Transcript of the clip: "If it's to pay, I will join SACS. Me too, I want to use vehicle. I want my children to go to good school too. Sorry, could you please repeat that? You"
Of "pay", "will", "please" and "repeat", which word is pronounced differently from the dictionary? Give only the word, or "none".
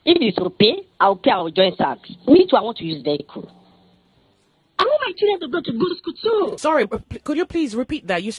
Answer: will